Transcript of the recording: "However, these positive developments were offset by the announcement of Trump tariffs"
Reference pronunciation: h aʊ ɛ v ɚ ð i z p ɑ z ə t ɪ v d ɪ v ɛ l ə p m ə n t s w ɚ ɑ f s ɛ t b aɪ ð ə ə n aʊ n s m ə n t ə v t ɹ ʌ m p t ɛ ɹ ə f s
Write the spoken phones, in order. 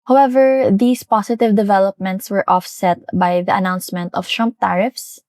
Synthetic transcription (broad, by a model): h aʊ ɛ v ɚ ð i s p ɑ s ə t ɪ v d ɪ v ɛ l ə p m ə n t s w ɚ ɑ f s ɛ t b aɪ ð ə ə n aʊ n s m ə n t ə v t ɹ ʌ m p t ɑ ɹ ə f s